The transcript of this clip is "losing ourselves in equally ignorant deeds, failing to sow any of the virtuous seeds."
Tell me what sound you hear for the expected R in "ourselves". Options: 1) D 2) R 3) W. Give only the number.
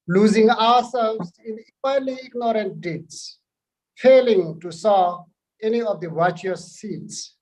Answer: 3